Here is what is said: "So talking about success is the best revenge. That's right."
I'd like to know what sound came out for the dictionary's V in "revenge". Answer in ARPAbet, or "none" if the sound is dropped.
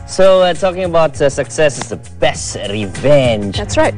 V